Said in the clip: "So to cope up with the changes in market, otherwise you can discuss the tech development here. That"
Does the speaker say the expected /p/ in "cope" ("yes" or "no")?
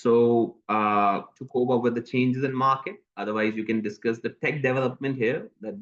no